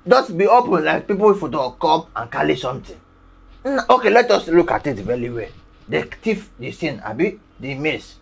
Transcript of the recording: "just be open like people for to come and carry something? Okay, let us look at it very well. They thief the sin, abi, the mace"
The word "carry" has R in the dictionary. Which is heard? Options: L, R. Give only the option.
L